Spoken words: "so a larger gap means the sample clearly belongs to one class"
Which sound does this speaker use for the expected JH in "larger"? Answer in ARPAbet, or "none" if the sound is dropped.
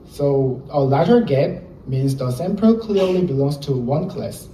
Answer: none